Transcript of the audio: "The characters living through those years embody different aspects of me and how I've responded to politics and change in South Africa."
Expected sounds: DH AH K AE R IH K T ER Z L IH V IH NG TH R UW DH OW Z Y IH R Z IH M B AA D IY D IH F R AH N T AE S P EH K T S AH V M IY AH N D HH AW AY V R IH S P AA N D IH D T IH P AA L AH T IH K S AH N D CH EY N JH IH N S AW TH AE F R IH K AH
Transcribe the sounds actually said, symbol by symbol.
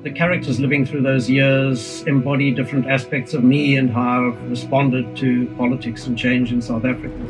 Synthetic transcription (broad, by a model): DH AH K AE R IH K T ER Z L IH V IH NG TH R UW DH OW Z Y IH R Z IH M B AA D IY D IH F R AH N T AE S P EH K T S AH V M IY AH N HH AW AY V R IH S P AA N D IH D T IH P AA L AH T IH K S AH N CH EY N JH IH N S AW TH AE F R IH K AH